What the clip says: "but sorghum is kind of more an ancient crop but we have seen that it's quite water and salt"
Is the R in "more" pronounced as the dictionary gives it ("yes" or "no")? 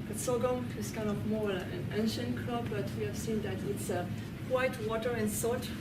no